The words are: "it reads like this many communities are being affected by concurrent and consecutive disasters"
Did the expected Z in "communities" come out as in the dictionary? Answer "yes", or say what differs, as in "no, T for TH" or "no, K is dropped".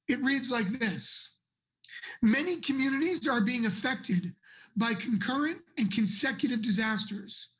yes